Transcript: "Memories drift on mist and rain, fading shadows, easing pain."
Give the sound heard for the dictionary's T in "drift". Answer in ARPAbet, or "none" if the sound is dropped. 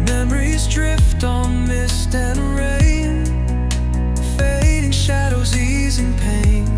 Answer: T